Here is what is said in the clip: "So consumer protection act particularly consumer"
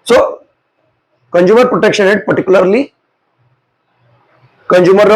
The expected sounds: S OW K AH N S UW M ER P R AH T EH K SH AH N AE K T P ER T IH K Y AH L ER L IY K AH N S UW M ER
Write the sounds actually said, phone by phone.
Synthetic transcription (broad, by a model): S OW K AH N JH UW M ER P R AH T EH K SH AH N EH T P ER T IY K Y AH L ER L IY K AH N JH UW M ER